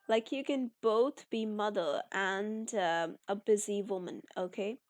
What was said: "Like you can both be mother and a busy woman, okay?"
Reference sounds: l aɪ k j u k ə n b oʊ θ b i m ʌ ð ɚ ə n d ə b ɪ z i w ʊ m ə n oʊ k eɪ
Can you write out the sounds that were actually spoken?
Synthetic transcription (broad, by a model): l aɪ k j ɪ k ə n b oʊ θ b i m ʌ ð ɚ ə n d ə b ɪ z i w ʊ m ə n oʊ k eɪ